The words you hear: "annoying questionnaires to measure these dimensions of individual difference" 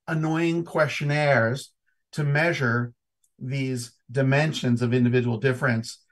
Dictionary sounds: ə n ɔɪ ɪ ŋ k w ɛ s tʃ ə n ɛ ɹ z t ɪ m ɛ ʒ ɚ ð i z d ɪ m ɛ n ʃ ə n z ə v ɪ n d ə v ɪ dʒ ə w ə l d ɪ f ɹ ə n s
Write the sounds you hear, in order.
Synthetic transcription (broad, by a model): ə n ɔɪ ɪ ŋ k w ɛ s tʃ ə n ɛ ɹ z t ɪ m ɛ ʒ ɚ ð i z d ɪ m ɛ n ʃ ə n z ə v ɪ n d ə v ɪ dʒ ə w l d ɪ f ɹ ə n s